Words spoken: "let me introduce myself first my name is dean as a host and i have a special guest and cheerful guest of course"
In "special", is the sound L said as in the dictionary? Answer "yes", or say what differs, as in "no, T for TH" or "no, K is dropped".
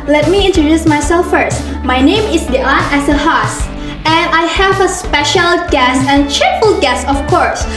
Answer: yes